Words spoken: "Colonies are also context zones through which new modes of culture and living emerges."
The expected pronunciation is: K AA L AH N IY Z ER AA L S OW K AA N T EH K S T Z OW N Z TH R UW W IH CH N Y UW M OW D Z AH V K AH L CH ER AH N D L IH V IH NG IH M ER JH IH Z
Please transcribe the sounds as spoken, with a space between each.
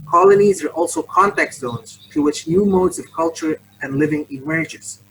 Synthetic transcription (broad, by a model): K AA L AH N IY Z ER AA L S OW K AA N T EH K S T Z OW N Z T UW W IH CH N Y UW M OW D Z AH V K AH L CH ER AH N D L IH V IH NG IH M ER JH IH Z